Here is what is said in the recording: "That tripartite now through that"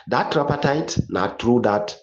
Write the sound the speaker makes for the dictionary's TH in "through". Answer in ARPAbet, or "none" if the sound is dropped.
T